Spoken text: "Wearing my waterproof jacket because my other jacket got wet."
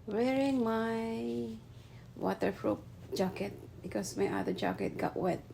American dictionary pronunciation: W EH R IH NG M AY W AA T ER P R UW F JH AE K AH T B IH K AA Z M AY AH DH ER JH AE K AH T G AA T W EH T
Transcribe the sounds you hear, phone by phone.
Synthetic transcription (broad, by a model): W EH R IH NG M AY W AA T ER F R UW P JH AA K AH T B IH K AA S M AY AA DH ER JH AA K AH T G AA T W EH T